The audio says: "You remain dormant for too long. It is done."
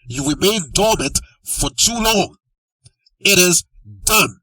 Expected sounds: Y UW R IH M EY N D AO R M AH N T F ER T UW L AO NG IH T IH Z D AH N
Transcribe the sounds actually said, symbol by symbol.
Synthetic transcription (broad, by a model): Y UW W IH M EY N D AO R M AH N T F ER T UW L AO NG IH T IH Z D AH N